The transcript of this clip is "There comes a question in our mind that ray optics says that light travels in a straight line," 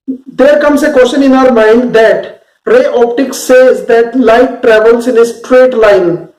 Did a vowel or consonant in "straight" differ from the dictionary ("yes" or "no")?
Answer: no